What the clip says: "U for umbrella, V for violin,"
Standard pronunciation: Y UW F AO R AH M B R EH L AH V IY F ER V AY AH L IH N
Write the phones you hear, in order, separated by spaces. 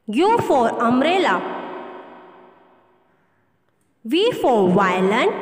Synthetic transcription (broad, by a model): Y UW F AO R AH M R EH L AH V IY F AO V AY L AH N